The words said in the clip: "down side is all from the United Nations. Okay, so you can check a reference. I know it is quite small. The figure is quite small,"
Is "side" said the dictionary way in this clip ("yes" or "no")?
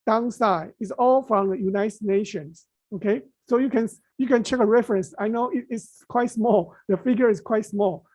no